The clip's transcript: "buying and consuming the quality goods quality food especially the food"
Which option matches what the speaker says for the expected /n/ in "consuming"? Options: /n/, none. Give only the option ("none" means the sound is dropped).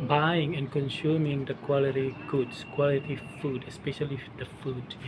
/n/